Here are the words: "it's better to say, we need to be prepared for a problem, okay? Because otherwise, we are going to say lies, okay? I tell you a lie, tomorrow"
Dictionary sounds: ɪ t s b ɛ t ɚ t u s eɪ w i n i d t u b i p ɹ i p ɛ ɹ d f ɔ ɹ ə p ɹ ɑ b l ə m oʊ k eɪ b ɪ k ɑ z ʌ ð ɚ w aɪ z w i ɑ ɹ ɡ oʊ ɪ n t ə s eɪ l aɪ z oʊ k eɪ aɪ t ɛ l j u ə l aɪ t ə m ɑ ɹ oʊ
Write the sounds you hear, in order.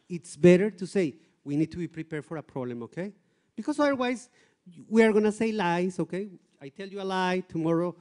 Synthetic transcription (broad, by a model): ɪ t s b ɛ t ɚ t u s eɪ w i n i d t u b i p ɹ i p ɛ ɹ d f ɔ ɹ ə p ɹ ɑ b l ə m oʊ k eɪ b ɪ k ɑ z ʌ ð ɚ w aɪ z w i ɑ ɹ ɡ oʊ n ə s eɪ l aɪ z oʊ k eɪ aɪ t ɛ l j u ə l aɪ t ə m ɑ ɹ oʊ